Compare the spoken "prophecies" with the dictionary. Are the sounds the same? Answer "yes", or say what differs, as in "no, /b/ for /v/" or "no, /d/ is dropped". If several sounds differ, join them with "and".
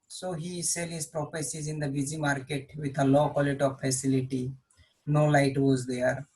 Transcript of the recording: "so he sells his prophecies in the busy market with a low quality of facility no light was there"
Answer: no, /p/ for /f/